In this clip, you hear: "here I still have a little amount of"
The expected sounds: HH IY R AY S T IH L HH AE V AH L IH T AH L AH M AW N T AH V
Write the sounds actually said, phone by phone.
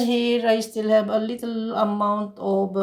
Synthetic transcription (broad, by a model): HH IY R AY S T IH L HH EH B AH L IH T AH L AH M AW N T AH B